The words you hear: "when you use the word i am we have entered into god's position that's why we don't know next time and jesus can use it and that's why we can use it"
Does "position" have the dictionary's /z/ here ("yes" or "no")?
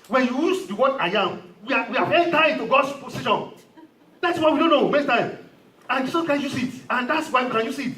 no